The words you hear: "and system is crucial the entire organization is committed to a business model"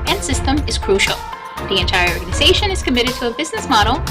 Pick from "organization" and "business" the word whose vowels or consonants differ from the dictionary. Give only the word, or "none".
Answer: none